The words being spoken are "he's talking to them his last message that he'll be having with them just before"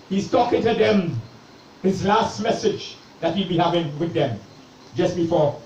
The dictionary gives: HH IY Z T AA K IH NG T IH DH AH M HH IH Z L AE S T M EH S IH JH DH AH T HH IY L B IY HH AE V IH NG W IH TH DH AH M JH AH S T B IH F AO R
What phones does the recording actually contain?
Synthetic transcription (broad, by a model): HH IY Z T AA K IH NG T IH DH AH M HH IH Z L AE S T M EH S IH JH DH AH T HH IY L B IY HH AE V IH NG W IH DH AH M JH AH S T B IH F AO R